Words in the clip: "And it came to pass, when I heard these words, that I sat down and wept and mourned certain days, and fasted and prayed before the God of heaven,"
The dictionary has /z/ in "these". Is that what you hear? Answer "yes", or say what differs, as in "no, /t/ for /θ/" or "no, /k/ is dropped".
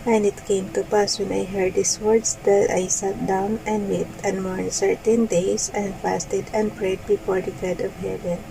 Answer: no, /s/ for /z/